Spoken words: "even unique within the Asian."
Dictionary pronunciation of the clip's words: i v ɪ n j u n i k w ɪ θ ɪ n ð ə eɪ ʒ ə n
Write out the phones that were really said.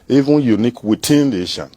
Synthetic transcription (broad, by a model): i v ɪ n j u n i k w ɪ t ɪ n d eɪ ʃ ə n